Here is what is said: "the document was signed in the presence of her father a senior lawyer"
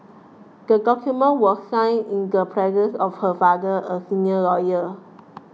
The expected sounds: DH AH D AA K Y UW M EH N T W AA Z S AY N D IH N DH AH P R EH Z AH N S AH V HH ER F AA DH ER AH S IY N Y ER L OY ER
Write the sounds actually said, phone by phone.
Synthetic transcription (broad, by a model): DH AH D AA K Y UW M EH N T W AA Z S AY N IH N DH AH P R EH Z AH N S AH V HH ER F AA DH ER AH S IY N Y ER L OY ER